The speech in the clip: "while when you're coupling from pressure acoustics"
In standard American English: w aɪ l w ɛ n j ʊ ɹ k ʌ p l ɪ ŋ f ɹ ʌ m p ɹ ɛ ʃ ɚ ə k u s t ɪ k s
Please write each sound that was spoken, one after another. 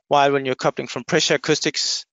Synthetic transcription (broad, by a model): w aɪ l w ɛ n j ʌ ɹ k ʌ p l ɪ ŋ f ɹ ʌ m p ɹ ɛ ʃ ɚ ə k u s t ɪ k s